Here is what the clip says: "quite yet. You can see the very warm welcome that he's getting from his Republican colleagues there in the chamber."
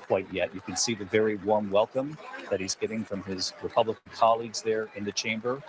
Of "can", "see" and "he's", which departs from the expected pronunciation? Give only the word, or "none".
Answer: none